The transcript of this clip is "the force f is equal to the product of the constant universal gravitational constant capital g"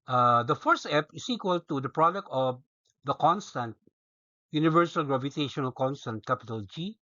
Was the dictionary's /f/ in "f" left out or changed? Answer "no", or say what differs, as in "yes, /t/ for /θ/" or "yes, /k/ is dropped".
yes, /p/ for /f/